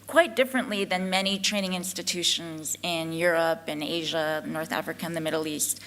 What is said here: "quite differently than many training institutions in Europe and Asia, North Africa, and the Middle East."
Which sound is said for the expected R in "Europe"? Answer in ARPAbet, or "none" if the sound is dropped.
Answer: R